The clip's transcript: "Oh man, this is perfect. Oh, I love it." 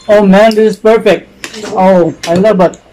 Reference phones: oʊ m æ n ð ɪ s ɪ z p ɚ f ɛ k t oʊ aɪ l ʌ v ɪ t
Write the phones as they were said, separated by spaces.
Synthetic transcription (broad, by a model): oʊ m æ n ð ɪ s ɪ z p ɚ f ɛ k t oʊ aɪ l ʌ b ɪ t